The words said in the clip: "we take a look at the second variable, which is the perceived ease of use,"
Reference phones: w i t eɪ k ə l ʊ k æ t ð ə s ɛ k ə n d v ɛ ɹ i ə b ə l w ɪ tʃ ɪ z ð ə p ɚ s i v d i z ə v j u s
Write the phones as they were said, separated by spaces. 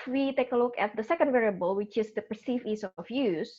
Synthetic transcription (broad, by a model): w i t eɪ k ə l ʊ k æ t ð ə s ɛ k ə n d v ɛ ɹ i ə b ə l w ɪ tʃ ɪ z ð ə p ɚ s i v i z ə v j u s